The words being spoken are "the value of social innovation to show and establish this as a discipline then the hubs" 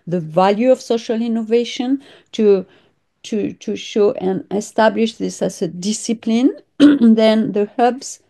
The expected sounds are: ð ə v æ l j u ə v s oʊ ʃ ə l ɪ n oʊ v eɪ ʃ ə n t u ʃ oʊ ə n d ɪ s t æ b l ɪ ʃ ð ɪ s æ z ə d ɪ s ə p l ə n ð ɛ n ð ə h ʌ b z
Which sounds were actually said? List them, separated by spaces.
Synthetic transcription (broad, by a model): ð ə v æ l j u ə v s oʊ ʃ ə l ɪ n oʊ v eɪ ʃ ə n t u ʃ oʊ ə n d ɪ s t æ b l ɪ ʃ ð ɪ s æ z ə d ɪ s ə p l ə n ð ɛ n ð ə h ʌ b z